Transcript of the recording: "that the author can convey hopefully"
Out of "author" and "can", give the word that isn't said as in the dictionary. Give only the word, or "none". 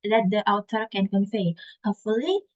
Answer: author